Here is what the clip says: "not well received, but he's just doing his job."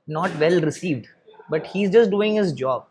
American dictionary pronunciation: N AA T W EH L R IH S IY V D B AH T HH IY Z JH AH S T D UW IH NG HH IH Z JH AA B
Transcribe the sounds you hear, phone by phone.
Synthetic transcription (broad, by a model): N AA T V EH L R IH S IY V D B AH T HH IY Z JH AH S T D UW IH NG HH IH Z JH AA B